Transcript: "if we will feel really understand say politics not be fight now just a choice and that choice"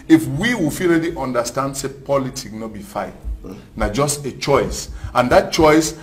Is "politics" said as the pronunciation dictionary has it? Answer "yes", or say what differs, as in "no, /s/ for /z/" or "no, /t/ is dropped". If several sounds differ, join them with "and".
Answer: no, /s/ is dropped